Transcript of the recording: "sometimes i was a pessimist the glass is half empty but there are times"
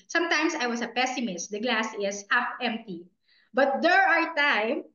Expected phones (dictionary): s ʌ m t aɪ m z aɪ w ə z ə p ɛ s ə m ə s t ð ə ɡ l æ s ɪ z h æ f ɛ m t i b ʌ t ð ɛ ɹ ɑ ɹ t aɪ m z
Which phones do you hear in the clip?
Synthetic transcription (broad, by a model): s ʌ m t aɪ m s aɪ w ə s ə p ɛ s ə m ə s t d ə ɡ l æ s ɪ s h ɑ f ɛ m t i b ʌ t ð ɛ ɹ ɑ ɹ t aɪ m